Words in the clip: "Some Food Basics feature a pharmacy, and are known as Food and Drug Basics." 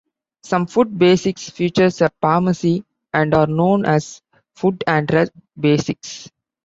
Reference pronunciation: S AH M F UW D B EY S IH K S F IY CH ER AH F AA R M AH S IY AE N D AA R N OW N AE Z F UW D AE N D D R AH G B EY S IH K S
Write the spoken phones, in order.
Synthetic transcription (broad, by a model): S AH M F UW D B EY S IH K S F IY CH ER AH P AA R M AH S IY AE N D AA R N OW N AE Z F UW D AE N D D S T B EY S IH K S